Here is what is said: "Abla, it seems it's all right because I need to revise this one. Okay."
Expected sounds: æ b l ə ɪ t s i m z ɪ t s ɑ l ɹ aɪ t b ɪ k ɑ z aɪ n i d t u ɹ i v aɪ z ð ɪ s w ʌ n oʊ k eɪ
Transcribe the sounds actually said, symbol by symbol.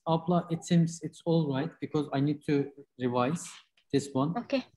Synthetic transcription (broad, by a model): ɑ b l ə ɪ t s i m z ɪ t s ɑ l ɹ aɪ t b ɪ k ɑ z aɪ n i d t u ɹ i v aɪ z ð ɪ s w ʌ n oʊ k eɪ